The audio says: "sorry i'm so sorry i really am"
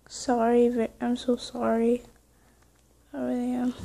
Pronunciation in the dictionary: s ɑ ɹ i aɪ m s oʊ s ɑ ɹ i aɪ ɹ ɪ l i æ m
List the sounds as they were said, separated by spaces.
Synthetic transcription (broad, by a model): s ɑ ɹ i aɪ m s oʊ s ɑ ɹ i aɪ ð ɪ i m